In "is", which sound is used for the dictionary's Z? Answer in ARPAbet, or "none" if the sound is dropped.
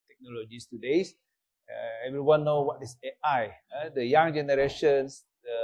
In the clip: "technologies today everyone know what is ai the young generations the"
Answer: S